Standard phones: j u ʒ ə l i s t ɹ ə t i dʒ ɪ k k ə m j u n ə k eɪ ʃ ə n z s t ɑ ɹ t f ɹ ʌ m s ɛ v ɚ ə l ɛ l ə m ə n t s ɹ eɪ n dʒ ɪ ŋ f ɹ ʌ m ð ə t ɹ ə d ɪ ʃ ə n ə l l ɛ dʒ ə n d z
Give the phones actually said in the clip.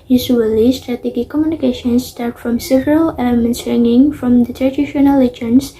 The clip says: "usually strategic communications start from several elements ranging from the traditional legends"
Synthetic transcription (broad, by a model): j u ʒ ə l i s t ɹ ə t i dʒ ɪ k k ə m j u n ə k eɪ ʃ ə n s t ɑ ɹ t f ɹ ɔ m s ɛ v ɚ ə l ɛ l ə m ə n t s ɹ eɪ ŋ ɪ ŋ f ɹ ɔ m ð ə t ɹ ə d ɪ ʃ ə n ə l l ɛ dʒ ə n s